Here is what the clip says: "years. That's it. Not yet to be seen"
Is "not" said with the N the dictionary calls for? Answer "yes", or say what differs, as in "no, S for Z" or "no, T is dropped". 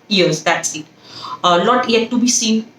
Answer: no, L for N